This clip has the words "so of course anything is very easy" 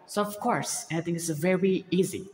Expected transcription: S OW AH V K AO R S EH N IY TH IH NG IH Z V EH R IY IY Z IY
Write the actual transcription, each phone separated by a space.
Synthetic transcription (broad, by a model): S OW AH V K AO R S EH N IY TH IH NG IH S V EH R IY IY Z IY